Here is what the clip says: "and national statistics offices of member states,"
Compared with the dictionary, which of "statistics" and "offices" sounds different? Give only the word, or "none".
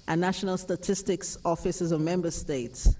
none